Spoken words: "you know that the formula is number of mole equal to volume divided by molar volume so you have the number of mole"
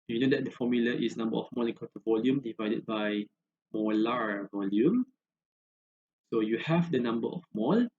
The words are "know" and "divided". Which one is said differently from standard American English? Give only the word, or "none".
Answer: none